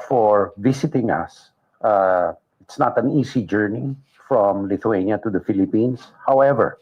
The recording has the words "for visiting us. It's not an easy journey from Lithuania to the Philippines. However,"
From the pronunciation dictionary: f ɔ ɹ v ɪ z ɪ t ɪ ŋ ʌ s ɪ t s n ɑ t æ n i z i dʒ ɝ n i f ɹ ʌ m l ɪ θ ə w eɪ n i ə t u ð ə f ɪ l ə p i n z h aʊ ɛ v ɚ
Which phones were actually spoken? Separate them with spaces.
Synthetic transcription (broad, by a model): f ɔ ɹ v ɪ s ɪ t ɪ ŋ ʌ s ɪ t s n ɑ t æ n i s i dʒ ɝ n i f ɹ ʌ m l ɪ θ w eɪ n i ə t u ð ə f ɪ l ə p i n s h aʊ ɛ v ɚ